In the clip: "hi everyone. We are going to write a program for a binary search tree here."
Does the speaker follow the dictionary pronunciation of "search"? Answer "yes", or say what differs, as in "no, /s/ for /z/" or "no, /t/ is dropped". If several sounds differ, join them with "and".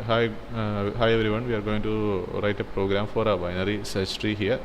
no, /s/ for /tʃ/